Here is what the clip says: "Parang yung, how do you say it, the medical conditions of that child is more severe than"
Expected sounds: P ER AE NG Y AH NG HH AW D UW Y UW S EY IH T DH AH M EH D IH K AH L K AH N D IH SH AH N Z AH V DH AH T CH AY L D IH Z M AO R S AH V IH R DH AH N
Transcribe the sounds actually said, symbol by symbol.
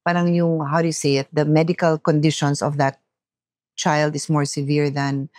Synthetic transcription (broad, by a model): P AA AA NG Y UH NG HH AW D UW Y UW S EY IH T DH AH M EH D IH K AH L K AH N D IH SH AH N S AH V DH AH T CH AY L D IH S M AO R S AH V IH R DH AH N